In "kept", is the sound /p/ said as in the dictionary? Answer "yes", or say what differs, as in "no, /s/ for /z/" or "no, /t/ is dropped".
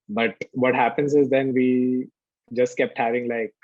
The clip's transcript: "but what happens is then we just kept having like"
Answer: yes